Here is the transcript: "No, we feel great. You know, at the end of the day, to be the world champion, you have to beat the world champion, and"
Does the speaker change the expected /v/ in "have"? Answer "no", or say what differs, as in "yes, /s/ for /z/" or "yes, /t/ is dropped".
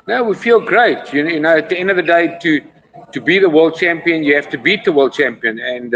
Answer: yes, /f/ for /v/